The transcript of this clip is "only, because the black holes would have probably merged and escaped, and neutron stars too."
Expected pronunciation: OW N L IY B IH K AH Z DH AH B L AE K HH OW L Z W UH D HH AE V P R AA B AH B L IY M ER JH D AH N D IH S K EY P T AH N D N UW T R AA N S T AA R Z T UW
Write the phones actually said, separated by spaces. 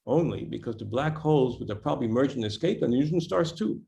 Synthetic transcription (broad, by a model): OW N L IY B IH K AH Z DH AH B L AE K HH OW L Z W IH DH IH P R AA B AH B L IY M ER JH AH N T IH S K EY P AH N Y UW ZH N S T AA R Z T UW